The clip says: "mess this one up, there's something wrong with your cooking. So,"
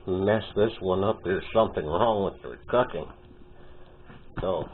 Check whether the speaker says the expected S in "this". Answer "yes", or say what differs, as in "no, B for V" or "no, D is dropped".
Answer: yes